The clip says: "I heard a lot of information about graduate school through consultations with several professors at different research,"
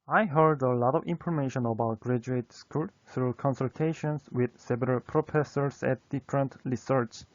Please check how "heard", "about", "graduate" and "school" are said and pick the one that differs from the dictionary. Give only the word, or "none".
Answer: none